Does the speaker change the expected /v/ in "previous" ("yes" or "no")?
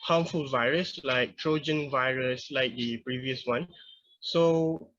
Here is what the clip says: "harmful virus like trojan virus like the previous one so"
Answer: no